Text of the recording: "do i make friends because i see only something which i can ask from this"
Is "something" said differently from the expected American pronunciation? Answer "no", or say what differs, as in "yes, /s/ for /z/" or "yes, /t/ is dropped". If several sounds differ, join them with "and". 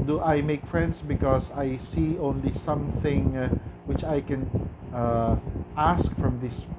no